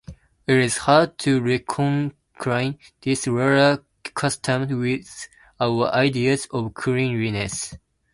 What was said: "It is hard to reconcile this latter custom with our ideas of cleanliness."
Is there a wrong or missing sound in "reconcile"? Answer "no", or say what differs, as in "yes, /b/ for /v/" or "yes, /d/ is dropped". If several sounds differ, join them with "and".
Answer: yes, /n/ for /l/